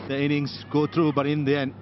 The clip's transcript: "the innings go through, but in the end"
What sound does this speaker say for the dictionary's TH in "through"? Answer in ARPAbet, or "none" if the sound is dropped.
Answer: T